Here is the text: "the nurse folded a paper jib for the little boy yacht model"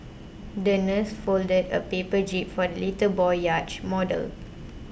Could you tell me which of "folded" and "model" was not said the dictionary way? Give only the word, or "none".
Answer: none